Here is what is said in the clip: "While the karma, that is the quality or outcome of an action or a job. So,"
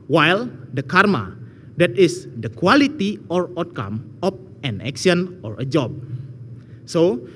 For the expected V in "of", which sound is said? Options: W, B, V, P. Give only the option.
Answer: P